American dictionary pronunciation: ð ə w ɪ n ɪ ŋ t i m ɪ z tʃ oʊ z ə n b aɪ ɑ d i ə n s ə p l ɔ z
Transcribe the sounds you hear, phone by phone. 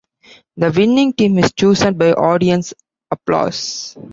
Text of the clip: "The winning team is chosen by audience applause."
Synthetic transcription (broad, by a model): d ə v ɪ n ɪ ŋ t i m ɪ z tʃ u s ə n b aɪ ɑ d i ə n s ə p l ɔ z